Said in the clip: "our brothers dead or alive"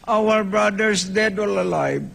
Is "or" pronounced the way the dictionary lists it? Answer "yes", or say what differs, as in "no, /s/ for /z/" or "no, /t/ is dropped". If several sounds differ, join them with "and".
no, /l/ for /ɹ/